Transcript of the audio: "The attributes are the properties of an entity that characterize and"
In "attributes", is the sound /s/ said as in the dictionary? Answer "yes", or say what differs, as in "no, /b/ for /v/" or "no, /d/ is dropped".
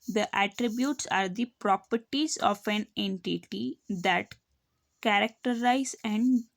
yes